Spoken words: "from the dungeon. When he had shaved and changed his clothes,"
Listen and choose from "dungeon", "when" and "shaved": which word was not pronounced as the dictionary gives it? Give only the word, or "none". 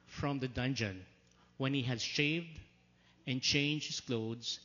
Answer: none